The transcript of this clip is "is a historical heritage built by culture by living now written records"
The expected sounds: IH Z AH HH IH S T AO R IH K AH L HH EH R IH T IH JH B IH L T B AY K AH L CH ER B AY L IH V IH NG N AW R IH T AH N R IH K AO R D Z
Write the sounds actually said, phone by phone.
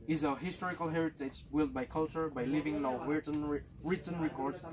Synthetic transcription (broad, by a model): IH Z AH HH IH S T AO R IH K AH L HH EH R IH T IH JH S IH L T B AY K AH L CH ER B AY L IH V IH NG L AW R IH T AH N R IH K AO R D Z